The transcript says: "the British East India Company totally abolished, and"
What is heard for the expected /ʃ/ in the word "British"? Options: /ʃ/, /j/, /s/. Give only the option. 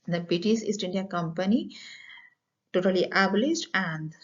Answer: /s/